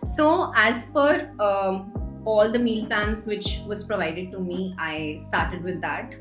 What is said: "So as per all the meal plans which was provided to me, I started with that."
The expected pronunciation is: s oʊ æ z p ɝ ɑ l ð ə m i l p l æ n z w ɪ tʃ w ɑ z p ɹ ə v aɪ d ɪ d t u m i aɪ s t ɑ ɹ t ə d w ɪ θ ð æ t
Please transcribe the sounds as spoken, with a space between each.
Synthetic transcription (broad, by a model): s oʊ æ z f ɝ ɑ l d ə m i l p l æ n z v ɪ tʃ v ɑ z p ɹ ə v aɪ d ɪ d t u m i aɪ s t ɑ ɹ t ə d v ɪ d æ t